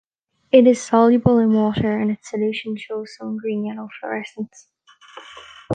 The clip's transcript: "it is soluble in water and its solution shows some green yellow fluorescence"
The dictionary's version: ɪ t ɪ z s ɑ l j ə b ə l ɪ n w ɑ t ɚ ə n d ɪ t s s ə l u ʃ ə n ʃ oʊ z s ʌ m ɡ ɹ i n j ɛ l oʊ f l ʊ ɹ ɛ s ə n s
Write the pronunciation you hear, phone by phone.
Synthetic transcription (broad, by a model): ɪ t ɪ z s ɑ l j ə b ə l ɪ n w ɑ t ɚ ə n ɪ t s s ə l u ʃ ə n ʃ oʊ z s ʌ m ɡ ɹ i n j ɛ n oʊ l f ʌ ɹ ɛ s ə n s